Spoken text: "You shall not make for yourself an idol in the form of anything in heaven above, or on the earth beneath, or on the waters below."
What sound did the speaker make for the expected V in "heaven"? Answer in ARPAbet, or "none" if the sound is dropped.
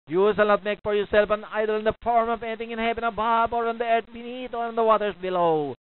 P